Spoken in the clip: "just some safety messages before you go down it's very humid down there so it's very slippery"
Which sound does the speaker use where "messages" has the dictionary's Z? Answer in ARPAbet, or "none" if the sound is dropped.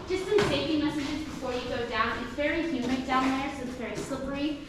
Z